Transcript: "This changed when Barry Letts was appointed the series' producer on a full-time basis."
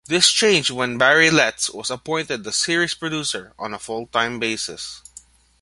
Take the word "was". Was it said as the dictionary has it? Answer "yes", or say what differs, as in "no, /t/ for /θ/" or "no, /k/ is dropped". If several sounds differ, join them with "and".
no, /s/ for /z/